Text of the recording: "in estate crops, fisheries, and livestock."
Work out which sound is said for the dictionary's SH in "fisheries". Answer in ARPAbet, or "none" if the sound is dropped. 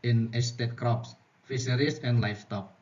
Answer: S